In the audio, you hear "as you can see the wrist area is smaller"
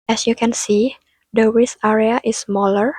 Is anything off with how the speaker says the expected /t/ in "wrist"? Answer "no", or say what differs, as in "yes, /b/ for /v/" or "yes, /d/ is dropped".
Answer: yes, /t/ is dropped